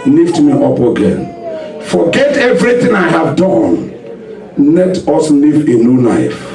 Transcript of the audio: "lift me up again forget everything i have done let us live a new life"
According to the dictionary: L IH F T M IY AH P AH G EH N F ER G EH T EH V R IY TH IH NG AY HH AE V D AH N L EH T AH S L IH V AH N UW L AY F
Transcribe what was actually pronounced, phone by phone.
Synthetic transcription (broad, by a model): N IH F T M IY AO P AH G EH N F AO G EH T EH V R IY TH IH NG AY HH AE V D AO N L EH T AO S N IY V AH N UW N AY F